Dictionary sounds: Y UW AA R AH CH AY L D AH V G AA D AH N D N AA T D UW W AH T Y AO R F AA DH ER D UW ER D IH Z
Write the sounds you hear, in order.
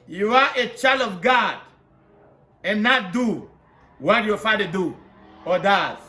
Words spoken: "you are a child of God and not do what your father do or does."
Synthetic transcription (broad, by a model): Y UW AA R AH CH AY L D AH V G AA D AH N N AA T D UW W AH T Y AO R F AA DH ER D UW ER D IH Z